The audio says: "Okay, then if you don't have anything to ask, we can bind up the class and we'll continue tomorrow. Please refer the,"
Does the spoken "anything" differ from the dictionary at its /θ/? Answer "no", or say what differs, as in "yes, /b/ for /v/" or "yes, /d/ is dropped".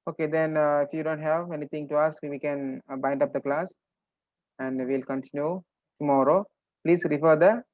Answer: yes, /t/ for /θ/